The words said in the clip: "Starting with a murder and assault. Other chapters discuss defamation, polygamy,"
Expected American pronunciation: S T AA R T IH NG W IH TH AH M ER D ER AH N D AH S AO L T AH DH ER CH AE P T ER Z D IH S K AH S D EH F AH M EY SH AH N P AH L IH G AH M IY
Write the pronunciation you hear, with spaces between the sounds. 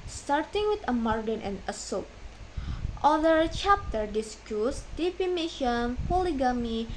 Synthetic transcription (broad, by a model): S T AA R T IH NG W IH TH AH M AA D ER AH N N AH S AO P T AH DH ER CH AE P T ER D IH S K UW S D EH P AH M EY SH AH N P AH L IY G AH M IY